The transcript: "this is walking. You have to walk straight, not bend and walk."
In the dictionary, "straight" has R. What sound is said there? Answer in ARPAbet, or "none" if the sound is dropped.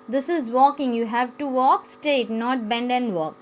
none